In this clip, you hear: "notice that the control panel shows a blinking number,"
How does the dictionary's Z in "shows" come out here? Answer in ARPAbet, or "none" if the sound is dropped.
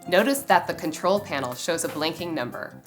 Z